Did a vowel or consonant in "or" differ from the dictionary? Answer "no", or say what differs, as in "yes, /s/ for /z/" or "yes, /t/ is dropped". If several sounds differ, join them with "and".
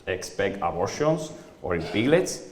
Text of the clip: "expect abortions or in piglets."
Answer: no